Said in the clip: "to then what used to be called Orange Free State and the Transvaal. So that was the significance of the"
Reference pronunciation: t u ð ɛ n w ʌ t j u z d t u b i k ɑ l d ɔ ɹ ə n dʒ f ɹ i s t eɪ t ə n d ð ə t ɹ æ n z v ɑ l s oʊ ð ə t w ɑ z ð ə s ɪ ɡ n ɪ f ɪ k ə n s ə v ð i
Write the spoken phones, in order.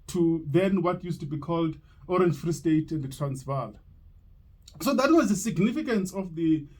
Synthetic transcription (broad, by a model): t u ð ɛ n w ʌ t j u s t u b i k ɑ l d ɔ ɹ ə n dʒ f ɹ i s t eɪ t ə n d t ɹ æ n s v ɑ l s oʊ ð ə t w ɑ z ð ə s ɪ ɡ n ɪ f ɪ k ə n s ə f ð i